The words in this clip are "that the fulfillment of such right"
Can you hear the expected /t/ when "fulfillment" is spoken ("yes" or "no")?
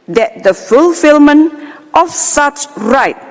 yes